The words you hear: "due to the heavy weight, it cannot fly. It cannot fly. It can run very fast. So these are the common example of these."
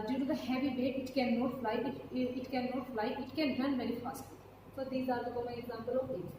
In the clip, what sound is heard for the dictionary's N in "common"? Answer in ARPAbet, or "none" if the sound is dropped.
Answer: none